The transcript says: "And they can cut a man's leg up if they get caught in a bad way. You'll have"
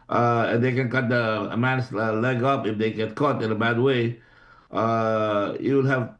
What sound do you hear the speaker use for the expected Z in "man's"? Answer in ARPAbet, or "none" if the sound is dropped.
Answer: S